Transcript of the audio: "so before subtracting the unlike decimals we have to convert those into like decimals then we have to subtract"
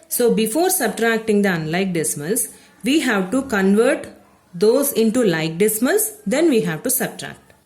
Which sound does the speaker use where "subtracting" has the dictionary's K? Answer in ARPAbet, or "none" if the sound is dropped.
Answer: K